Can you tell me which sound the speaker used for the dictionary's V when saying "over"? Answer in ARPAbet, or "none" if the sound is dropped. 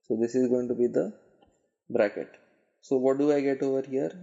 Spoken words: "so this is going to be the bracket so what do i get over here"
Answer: V